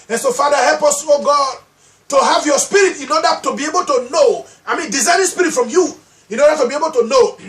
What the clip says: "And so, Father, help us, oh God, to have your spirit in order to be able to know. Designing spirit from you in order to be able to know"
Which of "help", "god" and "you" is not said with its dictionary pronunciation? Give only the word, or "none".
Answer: none